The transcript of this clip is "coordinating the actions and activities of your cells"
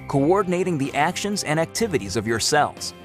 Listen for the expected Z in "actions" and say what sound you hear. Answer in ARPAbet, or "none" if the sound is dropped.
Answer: Z